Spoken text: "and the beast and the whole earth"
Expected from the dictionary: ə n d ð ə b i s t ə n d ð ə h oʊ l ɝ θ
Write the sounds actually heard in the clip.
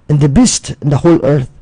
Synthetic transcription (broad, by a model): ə n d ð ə b i s t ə n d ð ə h oʊ l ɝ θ